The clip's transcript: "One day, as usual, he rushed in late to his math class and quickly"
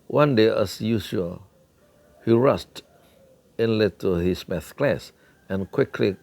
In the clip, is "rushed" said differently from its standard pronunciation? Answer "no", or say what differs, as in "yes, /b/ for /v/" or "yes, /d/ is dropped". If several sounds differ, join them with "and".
yes, /s/ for /ʃ/